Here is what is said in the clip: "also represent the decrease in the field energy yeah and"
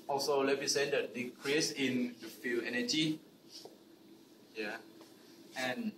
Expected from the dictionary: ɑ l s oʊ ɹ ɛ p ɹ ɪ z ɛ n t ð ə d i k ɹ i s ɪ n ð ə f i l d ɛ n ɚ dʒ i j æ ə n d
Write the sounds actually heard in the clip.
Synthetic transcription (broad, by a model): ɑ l s oʊ l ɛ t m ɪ s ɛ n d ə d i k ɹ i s ɪ n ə f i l ɛ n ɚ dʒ i j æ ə n